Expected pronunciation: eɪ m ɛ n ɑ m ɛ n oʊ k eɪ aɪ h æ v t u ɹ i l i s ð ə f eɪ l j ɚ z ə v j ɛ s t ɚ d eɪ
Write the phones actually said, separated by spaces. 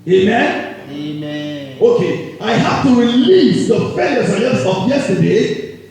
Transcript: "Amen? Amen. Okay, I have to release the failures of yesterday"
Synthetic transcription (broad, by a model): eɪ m m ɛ n oʊ k eɪ aɪ h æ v t u ɹ i l i s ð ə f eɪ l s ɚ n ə p j ɛ s t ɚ d eɪ